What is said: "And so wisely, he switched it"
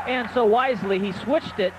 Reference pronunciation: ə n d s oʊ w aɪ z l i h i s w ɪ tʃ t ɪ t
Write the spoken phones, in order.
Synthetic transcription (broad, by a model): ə n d s oʊ w aɪ z l i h i s w ɪ tʃ t ɪ t